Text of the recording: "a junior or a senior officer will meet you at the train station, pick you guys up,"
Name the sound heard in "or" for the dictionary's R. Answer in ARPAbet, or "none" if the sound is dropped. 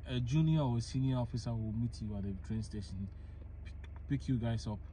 W